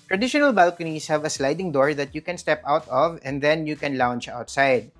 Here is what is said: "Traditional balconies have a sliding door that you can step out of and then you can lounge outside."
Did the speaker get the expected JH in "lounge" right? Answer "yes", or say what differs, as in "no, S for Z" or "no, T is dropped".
no, CH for JH